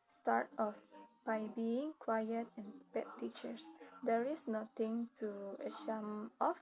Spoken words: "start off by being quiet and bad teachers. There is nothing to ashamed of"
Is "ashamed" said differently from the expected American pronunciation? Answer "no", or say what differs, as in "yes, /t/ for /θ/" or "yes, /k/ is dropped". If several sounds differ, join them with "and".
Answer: yes, /d/ is dropped